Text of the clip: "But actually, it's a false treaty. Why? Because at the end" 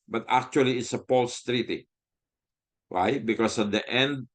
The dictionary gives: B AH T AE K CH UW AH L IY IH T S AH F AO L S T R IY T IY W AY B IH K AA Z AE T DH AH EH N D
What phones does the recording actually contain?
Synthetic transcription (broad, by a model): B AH T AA K CH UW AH L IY IH T S AH P AO L S T R IY T IY W AY B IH K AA S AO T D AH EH N D